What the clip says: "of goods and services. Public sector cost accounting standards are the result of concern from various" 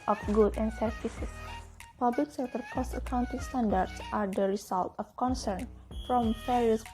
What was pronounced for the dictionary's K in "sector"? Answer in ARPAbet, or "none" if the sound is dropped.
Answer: none